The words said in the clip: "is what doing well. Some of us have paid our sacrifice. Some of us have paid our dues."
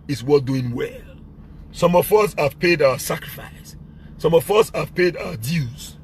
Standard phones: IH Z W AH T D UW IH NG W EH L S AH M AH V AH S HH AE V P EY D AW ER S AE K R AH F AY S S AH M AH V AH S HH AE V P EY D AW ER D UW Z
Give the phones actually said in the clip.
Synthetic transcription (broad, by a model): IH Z W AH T D UW IH NG W EH L S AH M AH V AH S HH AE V P EY D AW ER S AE K R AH F AY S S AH M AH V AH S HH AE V P EY D AW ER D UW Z